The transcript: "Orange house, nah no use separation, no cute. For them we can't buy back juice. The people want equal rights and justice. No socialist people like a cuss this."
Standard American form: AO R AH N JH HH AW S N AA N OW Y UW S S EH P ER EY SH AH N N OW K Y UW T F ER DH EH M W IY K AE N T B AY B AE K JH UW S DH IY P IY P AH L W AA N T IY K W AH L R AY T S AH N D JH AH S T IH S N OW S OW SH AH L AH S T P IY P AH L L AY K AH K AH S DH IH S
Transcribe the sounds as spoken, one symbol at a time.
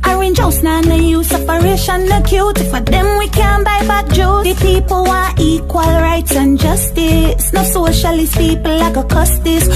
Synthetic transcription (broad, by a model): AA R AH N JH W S N AA N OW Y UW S S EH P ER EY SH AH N N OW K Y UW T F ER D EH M W IY K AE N B AY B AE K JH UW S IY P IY P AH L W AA T IY K W AH L R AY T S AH N JH AH S T IH S N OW S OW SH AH L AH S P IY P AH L L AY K AH K AH S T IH S